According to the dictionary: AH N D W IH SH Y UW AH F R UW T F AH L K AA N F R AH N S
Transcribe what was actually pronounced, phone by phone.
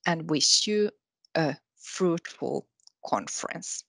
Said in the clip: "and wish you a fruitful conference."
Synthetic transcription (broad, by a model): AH N D W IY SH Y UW AH F R UW T F AH L K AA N F R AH N S